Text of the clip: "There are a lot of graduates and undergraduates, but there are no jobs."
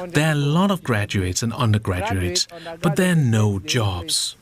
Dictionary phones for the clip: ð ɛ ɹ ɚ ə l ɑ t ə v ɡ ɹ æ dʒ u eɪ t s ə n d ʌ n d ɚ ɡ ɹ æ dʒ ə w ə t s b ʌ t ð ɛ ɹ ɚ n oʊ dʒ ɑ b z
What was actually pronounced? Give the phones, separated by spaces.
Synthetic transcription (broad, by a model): ð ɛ ɹ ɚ ə l ɑ t ə v ɡ ɹ æ dʒ u eɪ t s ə n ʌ n d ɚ ɡ ɹ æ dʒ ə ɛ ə t s b ʌ t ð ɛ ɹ n oʊ dʒ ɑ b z